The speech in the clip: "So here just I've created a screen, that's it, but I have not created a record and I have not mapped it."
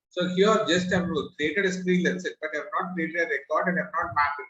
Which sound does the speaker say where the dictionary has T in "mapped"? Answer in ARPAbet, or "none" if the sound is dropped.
none